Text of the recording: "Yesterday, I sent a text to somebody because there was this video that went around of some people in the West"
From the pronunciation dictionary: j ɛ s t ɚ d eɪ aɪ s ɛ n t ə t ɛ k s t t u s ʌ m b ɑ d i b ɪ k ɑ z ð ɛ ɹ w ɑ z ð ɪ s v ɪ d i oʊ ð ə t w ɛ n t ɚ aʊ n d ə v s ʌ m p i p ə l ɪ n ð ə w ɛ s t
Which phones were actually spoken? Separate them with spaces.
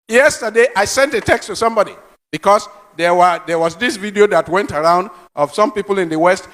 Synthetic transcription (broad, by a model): j ɛ s t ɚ d eɪ aɪ s ɛ n t ə t ɛ k s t t u s ʌ m b ɑ d i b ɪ k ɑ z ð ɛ w w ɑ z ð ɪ s v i d i oʊ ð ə t w ɛ n t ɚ aʊ n d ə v s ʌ m p i p ə l ɪ n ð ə w ɛ s t